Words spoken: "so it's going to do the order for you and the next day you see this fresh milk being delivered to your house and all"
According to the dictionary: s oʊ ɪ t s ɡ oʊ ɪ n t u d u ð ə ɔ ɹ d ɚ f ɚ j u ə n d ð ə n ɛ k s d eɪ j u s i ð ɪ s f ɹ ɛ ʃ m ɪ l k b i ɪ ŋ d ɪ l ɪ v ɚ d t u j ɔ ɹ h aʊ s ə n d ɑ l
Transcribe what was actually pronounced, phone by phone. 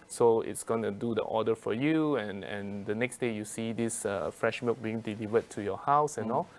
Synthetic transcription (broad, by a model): s oʊ ɪ t s ɡ oʊ ɪ n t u d u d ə ɔ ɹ d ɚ f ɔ j u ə n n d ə n ɛ k s d eɪ j u s i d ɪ s f ɹ ɛ ʃ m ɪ k b i ɪ ŋ d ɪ l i v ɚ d t u j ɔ h aʊ s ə n ɑ l